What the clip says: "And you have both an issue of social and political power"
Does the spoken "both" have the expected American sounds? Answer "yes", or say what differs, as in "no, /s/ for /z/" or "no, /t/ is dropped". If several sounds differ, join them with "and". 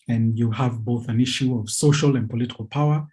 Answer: yes